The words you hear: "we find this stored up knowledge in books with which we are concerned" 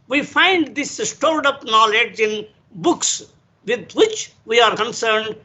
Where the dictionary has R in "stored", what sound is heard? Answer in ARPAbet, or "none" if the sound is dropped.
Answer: L